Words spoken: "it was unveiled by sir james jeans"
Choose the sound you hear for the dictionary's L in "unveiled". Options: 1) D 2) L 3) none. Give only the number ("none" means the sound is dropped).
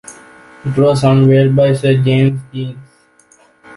3